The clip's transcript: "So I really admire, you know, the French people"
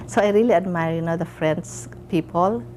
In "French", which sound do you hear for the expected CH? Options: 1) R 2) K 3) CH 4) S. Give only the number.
4